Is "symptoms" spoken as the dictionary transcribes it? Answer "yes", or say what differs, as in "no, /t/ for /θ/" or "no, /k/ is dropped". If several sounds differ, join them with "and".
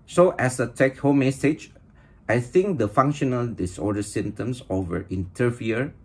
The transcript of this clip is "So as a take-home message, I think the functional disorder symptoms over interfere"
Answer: no, /p/ is dropped and /s/ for /z/